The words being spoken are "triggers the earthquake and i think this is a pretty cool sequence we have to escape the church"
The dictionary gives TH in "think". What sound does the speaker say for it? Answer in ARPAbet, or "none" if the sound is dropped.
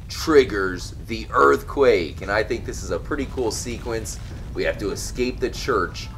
TH